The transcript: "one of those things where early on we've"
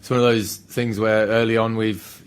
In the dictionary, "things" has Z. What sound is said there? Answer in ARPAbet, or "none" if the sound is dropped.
Z